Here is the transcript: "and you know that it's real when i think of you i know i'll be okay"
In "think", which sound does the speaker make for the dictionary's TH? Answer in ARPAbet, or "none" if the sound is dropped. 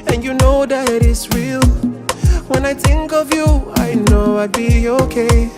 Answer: TH